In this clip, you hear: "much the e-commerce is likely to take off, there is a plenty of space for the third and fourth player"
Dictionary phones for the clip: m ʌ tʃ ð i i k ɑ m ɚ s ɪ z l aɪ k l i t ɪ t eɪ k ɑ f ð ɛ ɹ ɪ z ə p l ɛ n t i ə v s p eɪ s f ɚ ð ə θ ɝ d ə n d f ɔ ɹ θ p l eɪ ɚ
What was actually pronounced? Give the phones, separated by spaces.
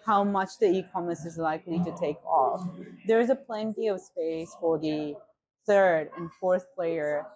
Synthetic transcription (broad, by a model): m ʌ tʃ ð i i k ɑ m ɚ s ɪ z l aɪ k l i t ɪ t eɪ k ɑ f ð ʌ ɹ ɪ z ə p l ɛ n t i ə v s p eɪ s f ɚ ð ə θ ɝ d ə n f ɔ ɹ θ p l eɪ ɚ